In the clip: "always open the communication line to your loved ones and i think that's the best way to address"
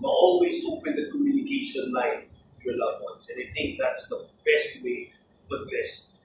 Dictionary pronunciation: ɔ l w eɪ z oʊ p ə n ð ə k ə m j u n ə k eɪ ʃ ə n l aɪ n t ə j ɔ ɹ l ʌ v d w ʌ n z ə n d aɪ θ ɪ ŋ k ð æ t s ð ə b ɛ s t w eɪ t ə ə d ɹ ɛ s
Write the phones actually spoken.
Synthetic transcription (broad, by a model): ɔ l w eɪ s oʊ p ə n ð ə k ə m j u n ə k eɪ ʃ ə n l aɪ n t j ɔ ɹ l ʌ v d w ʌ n s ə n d aɪ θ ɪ ŋ k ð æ t s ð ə b ɛ s t w eɪ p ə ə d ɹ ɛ s